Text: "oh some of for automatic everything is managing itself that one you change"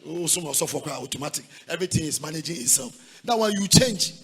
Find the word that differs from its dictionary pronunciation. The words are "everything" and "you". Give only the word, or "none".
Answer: everything